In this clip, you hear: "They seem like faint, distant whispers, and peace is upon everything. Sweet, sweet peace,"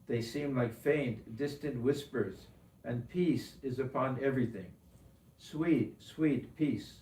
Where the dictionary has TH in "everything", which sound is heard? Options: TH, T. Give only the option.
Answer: TH